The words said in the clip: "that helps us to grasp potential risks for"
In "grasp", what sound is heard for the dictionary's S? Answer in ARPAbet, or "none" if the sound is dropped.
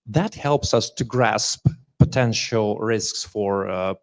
S